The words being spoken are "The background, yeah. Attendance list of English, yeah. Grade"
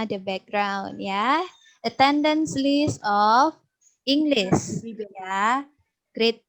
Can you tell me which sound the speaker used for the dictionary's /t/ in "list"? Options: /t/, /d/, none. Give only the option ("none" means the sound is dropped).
none